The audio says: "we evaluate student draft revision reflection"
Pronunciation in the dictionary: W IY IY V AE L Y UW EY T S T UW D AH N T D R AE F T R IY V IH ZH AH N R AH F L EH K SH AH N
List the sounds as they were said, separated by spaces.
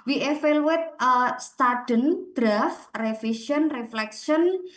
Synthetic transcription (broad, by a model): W IY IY F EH L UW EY T S T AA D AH N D R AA F R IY F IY S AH N R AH F L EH K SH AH N